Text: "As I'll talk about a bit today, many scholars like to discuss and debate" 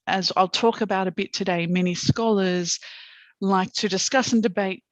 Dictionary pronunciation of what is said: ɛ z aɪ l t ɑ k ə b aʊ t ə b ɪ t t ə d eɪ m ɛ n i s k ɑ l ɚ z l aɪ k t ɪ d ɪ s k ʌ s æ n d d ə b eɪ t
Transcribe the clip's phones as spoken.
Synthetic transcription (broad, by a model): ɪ z aɪ l t ɑ k ə b aʊ t ə b ɪ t t ə d eɪ m ɛ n i s k ɑ l ɚ z l aɪ k t ɪ d ɪ s k ʌ s n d d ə b eɪ t